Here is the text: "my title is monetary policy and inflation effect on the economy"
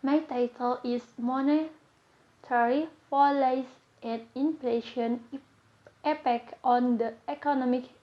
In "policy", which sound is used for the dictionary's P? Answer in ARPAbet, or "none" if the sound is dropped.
F